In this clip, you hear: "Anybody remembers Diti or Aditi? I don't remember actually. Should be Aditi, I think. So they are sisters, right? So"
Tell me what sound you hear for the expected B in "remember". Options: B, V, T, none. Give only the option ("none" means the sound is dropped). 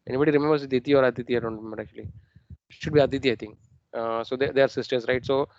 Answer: none